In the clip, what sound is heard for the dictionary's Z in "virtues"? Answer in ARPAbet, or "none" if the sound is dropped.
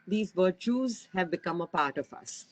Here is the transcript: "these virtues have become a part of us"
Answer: Z